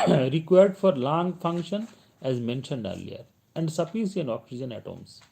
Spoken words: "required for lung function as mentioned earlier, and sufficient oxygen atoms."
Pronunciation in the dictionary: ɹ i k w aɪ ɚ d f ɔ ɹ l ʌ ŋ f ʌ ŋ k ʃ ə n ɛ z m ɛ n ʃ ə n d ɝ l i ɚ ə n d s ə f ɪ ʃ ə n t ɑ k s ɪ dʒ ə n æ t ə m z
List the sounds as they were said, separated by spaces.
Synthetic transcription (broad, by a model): ɹ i k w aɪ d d f ɔ ɹ l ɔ ŋ f ʌ ŋ k ʃ ə n ɛ z m ɛ n ʃ ə n d ɝ l i ɚ ə n d s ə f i s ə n ɑ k s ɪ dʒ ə n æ t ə m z